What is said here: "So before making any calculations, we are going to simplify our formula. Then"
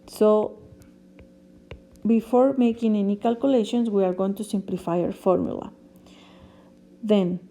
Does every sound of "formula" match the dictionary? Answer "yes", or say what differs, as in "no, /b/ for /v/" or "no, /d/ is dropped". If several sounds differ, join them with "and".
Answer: yes